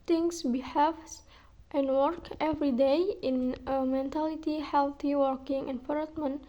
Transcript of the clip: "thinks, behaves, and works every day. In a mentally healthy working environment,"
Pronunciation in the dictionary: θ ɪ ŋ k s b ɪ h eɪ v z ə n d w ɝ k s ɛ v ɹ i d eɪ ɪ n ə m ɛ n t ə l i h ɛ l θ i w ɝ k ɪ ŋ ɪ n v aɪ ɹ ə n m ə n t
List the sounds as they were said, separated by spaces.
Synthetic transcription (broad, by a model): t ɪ ŋ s b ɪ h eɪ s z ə n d w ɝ k ɛ v ɹ i d eɪ ɪ n ə m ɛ n t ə l i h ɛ l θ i w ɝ k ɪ ŋ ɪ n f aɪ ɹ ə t m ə n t